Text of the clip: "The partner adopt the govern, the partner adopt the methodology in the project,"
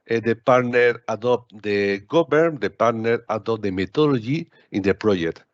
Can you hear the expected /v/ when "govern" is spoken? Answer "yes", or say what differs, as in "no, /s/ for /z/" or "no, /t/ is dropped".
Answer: no, /b/ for /v/